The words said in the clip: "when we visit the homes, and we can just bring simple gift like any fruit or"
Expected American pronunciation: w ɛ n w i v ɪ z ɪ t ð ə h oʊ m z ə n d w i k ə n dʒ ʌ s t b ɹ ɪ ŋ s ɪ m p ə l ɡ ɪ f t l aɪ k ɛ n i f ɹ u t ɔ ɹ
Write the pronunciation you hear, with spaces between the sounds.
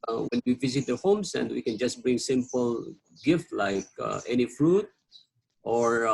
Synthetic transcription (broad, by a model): w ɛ n w i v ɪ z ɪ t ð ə h oʊ m s ə n d w i k ə n dʒ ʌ s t b ɹ ɪ ŋ s ɪ m p ə l ɡ ɪ f t l aɪ k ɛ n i f ɹ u t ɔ ɹ